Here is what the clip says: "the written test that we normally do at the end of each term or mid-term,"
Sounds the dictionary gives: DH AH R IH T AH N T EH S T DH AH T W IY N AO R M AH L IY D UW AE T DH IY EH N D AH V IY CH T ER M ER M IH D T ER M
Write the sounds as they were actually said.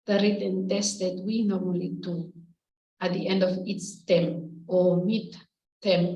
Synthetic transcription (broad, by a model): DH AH R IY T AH N T EH S T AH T W IY N AO R M AH L IY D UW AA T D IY EH N D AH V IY S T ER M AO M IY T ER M